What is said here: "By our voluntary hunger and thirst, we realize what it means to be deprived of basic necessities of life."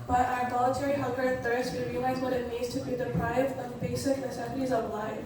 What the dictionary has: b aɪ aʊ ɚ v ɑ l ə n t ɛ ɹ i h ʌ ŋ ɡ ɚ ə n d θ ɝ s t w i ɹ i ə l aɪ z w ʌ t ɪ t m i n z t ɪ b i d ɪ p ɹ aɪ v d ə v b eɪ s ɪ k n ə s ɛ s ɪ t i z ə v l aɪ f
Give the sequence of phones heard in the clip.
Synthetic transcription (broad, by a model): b aɪ aʊ ɚ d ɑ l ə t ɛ ɹ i h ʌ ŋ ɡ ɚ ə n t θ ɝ s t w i ɹ i ə l aɪ z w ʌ t ɪ t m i z t ɪ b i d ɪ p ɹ aɪ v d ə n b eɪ s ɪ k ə s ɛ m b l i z ə v l aɪ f